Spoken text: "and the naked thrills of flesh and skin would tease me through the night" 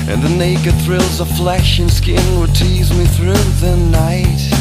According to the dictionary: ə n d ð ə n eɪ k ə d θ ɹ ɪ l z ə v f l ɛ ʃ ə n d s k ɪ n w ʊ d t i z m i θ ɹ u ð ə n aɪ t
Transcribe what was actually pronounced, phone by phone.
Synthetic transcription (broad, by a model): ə n ð ə n eɪ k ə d θ ɹ ɪ l z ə f l ɛ ʃ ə n s k ɪ n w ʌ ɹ t i z m i θ ɹ u ð ə n aɪ t